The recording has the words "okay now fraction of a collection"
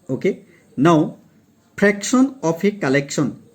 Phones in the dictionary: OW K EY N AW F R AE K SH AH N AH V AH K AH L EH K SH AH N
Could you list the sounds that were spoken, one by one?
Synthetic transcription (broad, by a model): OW K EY N AW P R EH K S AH N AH P AH K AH L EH K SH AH N